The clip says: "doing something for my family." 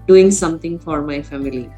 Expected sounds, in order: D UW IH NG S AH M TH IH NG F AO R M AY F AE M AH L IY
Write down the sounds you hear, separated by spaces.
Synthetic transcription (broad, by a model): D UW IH NG S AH M T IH NG F AO R M AY F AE M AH L IY